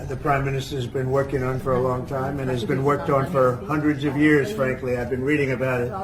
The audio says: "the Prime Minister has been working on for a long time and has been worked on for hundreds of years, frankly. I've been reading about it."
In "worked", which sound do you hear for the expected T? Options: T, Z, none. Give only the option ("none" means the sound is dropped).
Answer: T